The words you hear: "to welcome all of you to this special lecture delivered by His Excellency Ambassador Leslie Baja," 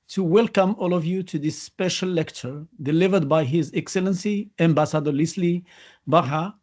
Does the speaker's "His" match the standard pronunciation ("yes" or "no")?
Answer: yes